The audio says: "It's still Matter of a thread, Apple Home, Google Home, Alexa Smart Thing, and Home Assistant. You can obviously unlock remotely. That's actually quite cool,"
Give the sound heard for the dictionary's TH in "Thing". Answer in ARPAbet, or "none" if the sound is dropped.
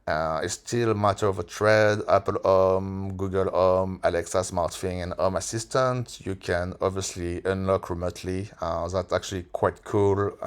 F